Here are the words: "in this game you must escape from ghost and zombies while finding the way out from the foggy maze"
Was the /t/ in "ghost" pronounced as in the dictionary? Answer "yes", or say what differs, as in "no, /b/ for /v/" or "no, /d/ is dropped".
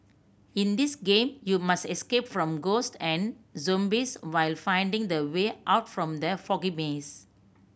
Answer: yes